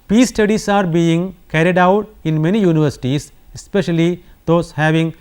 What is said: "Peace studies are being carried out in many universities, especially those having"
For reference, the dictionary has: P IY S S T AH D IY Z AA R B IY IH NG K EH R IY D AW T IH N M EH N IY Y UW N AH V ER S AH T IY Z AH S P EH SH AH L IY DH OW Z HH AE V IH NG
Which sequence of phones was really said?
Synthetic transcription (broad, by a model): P IY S S T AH D IY S AA R B IY IH NG K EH R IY D AW T IH N M EH N IY Y UW N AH V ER S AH T IY S AH S P EH SH AH L IY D OW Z HH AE V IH NG